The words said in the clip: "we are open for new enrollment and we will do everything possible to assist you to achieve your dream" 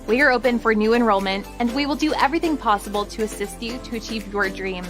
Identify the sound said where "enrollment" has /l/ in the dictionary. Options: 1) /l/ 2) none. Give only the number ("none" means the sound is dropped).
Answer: 1